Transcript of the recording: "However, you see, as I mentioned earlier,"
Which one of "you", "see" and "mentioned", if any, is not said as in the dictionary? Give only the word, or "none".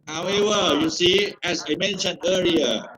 mentioned